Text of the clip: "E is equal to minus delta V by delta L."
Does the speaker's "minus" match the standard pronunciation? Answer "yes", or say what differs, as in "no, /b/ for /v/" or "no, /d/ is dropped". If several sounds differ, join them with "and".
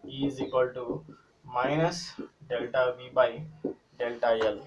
yes